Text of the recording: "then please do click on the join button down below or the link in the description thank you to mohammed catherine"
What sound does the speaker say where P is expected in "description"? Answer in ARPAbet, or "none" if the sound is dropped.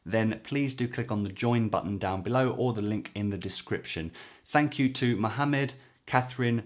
P